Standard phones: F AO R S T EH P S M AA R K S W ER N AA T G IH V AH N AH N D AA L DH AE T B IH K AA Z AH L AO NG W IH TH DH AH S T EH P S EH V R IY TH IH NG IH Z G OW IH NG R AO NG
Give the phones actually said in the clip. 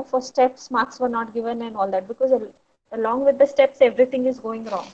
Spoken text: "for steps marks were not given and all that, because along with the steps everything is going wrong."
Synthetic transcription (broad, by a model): F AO R S T EH P S M AA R K S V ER N AA T G IH V AH N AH N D AA L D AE T B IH K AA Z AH L AO NG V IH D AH S T EH P S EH V R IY T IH NG IH Z G OW IH NG R AO NG